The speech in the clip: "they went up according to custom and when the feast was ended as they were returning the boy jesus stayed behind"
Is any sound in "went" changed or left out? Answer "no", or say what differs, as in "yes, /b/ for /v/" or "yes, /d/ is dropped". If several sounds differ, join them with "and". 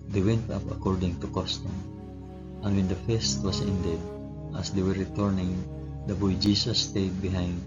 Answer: no